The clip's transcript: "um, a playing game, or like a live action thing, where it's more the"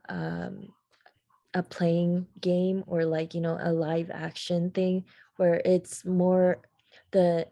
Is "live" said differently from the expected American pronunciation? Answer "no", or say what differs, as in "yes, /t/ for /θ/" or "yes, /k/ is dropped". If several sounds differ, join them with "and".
no